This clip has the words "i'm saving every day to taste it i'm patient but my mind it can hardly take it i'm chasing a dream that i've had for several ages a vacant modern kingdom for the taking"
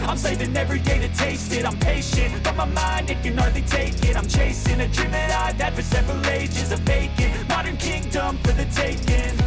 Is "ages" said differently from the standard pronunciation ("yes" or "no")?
no